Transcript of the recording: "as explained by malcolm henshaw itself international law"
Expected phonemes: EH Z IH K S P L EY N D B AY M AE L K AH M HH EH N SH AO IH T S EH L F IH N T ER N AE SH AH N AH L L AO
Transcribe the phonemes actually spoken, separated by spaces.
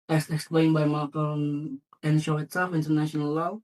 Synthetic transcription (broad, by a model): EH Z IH K S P L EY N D B AY M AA K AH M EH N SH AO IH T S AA F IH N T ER N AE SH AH N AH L L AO